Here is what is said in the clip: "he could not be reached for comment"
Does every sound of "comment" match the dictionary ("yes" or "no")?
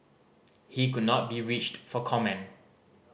no